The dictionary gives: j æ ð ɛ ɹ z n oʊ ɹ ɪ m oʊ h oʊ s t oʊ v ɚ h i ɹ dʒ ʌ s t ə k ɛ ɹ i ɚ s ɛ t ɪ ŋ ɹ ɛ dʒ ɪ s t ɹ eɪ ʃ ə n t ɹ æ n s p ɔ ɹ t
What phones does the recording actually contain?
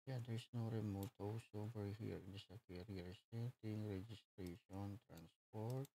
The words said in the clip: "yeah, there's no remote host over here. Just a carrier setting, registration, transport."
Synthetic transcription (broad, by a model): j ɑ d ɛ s n oʊ ɹ ɪ m oʊ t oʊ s oʊ b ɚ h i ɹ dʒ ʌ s ə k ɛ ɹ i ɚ s ɛ t ɪ ŋ ɹ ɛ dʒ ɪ s t ɹ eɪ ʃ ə n t ɹ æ n s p ɔ ɹ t